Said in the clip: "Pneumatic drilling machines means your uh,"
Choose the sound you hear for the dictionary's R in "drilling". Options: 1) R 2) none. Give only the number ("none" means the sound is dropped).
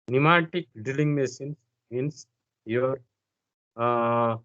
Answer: 2